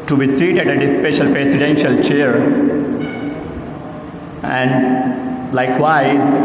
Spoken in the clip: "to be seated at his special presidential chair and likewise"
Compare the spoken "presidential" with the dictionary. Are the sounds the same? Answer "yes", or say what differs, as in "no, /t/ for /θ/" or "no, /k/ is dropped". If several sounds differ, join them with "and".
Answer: no, /s/ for /z/